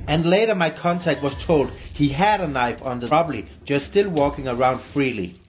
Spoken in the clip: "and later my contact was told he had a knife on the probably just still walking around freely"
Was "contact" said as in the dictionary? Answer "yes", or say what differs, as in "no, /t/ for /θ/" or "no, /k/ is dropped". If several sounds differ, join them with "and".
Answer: yes